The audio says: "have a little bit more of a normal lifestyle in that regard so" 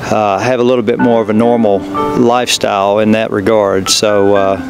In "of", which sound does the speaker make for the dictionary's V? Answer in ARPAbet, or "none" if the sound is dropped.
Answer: V